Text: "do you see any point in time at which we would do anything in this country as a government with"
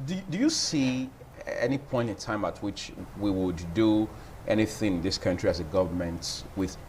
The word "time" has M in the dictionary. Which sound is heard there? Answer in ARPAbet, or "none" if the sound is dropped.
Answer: M